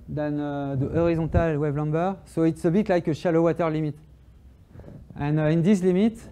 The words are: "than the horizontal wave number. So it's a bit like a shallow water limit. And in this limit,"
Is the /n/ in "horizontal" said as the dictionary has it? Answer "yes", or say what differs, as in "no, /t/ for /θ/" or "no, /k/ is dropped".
no, /n/ is dropped